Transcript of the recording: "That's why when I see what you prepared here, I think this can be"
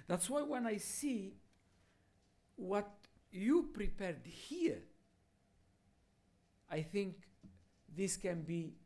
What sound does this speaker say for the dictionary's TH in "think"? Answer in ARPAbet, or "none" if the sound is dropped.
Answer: TH